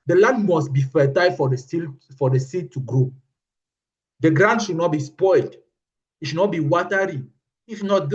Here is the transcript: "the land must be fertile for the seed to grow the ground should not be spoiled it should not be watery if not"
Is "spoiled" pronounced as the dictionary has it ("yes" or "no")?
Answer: yes